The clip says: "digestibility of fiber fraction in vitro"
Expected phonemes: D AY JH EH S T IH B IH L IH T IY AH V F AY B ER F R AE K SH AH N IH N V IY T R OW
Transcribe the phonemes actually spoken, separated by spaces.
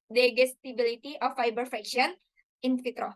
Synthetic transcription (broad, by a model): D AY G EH S T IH B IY L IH T IY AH F AY B ER F R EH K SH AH N IH N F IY T R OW